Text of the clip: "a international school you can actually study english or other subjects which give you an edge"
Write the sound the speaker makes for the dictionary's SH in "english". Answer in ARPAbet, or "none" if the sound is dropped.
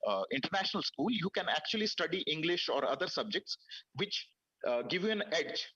SH